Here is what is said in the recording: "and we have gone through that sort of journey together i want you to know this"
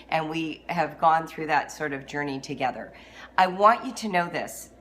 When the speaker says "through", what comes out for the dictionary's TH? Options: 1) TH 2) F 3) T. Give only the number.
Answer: 1